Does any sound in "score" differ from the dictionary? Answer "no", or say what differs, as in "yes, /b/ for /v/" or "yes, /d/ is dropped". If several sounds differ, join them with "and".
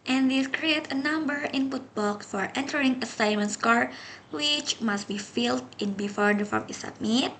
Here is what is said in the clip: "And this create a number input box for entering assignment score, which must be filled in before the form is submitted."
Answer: no